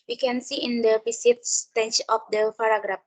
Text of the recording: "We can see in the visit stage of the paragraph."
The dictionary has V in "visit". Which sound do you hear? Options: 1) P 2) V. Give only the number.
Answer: 1